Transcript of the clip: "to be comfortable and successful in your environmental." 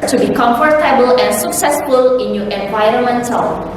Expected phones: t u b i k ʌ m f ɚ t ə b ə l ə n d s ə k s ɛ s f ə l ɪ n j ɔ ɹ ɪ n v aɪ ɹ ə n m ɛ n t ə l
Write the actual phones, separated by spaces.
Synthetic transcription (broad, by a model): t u b i k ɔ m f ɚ t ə b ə l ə n s ə k s ɛ s f ə l ɪ n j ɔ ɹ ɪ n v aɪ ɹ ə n m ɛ n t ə l